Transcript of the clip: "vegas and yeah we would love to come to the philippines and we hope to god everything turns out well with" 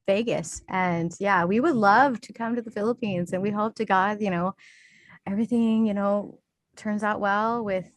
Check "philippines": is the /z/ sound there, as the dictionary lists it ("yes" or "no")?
yes